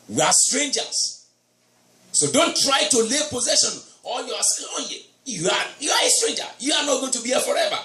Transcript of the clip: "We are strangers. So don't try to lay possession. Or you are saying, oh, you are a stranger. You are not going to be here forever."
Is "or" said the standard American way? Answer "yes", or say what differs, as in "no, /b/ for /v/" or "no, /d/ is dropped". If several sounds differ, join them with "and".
no, /l/ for /ɹ/